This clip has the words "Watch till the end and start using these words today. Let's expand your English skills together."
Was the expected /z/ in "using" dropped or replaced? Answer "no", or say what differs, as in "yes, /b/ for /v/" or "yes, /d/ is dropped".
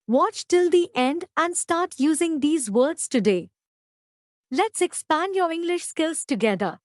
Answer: no